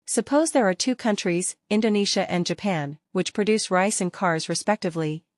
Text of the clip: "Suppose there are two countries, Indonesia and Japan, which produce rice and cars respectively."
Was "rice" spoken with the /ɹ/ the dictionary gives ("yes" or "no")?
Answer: yes